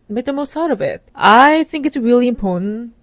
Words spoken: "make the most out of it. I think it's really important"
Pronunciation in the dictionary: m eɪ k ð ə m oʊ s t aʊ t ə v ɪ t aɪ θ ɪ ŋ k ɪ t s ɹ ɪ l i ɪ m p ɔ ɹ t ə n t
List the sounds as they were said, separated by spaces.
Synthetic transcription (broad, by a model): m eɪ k ð ə m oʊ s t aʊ t ə v ɪ t aɪ θ ɪ ŋ k ɪ t s ɹ ɪ l i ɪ m p ɔ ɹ t n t